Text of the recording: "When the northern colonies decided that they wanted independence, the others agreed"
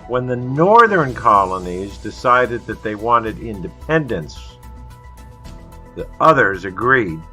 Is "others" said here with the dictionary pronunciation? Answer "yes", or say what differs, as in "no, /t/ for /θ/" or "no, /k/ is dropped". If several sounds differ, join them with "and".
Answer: yes